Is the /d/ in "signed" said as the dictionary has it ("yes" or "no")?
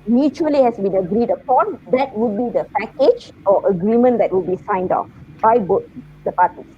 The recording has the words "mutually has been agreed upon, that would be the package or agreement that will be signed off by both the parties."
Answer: yes